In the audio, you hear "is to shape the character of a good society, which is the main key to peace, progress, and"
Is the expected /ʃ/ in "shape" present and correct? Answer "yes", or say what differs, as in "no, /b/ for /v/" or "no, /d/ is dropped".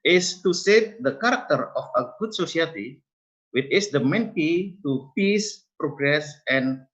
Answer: no, /s/ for /ʃ/